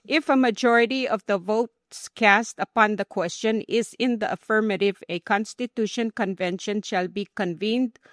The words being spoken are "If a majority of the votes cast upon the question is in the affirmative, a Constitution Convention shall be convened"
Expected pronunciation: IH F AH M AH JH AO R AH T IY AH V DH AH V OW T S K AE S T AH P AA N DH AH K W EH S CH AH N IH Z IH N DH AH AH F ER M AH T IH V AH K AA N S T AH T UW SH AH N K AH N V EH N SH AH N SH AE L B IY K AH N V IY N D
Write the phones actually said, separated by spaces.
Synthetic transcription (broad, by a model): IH F AH M AH JH AO R AH T IY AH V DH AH V OW T S K AE S T AH P AA N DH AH K W EH S CH AH N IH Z IH N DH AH AH F ER M AH T IH V AH K AA N S T AH T UW SH AH N K AH N V EH N SH AH N SH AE L B IY K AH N V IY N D